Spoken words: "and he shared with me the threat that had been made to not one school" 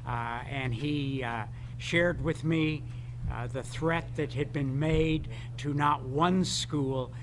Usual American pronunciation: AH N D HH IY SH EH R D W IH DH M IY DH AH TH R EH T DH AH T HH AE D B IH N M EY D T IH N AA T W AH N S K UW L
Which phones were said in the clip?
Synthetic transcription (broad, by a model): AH N IY SH EH R D W IH DH M IY DH AH TH R EH T DH AH T HH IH D B IH N M EY D T IH N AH T W AH N S K UW L